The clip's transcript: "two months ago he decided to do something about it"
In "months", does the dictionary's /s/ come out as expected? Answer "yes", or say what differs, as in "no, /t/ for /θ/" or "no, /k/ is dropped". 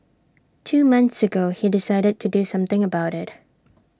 yes